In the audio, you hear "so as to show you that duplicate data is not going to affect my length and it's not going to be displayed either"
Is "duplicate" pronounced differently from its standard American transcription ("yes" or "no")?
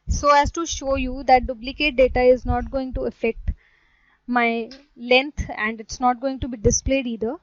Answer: yes